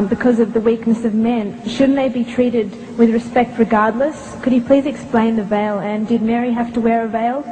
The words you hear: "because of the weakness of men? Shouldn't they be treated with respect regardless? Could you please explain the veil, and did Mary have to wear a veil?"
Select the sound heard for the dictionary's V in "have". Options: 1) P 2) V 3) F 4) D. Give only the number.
3